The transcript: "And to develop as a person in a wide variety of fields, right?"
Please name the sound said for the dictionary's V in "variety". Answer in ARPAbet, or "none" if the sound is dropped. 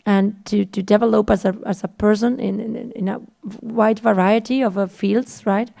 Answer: V